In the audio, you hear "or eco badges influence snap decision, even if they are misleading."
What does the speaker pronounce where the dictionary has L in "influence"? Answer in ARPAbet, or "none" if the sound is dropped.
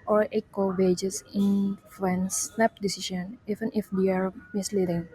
none